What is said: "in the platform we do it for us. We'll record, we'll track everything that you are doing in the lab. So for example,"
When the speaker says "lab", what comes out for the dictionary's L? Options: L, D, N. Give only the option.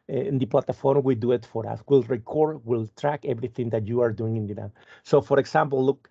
N